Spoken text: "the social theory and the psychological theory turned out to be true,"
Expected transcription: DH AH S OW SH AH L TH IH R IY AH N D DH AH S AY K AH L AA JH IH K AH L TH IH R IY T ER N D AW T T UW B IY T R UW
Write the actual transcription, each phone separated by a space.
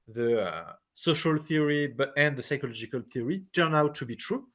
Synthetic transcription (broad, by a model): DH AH S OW SH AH L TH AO R IY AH N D DH AH S AY K AH L AA JH IH K AH L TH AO R IY T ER N AW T T UW B IY T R UW